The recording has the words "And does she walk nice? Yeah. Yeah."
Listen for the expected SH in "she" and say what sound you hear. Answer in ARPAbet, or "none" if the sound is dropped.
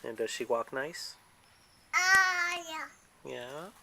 SH